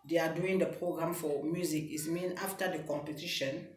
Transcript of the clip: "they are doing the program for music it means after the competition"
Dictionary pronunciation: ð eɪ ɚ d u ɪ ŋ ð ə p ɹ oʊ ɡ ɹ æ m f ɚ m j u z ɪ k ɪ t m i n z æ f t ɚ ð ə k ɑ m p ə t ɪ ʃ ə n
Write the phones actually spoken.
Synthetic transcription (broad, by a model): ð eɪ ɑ d u ɪ ŋ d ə p ɹ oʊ ɡ ɹ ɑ m f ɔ m j u z ɪ k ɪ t m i n ɑ f t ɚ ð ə k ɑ m p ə t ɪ ʃ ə n